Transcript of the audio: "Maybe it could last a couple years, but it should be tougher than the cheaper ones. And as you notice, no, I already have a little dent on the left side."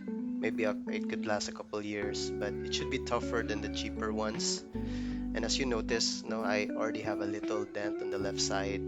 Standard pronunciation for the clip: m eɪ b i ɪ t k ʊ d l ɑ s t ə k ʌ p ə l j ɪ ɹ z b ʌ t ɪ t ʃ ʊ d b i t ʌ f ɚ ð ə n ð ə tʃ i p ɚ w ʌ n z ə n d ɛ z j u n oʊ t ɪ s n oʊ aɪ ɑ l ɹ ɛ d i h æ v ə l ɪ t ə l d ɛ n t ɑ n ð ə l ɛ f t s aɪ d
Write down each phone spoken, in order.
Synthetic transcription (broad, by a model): m eɪ b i ɪ t k ʊ d l ɑ s t ə k ʌ p ə l j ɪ ɹ s b ʌ t ɪ t ʃ ʊ d b i t ʌ f ɚ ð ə n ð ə tʃ i p ɚ w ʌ n s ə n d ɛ s j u n oʊ t ɪ s n oʊ aɪ ɑ l ɹ ɛ d i h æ v ə l ɪ t ə l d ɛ n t ɑ n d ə l ɛ f t s aɪ d